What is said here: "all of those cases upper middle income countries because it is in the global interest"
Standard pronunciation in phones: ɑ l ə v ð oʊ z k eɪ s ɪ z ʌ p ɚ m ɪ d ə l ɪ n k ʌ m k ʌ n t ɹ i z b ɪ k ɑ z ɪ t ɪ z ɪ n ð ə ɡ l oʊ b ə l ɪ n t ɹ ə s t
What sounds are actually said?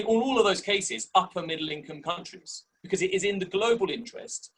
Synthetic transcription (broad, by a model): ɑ l ə v ð oʊ z k eɪ s ɪ z ʌ p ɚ m ɪ d l ɪ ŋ k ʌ m k ʌ n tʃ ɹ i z b ɪ k ɑ z ɪ t ɪ z ɪ n ð ə ɡ l oʊ b ə l ɪ n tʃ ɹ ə s t